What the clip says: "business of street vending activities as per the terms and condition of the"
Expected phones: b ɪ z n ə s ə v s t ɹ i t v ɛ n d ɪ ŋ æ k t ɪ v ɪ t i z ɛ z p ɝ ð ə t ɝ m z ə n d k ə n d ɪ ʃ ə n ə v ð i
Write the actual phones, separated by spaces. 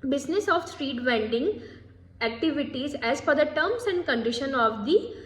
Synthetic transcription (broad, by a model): b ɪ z n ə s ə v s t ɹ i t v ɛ n d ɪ ŋ æ k t ɪ v ɪ t i z ɛ z f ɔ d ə t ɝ m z ə n d k ə n d ɪ ʃ ə n ə v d i